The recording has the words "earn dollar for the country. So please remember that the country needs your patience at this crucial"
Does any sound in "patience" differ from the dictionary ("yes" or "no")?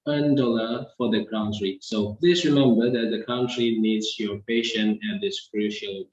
yes